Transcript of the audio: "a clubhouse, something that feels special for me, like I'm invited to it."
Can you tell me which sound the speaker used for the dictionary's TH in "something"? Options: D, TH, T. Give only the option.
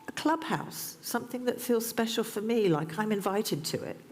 TH